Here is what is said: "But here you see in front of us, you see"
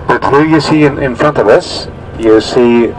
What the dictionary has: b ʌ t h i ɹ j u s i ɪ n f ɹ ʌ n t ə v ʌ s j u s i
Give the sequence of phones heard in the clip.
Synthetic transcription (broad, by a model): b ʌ t h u j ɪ s i ɪ n f ɹ ʌ n t ə v ʌ s j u s i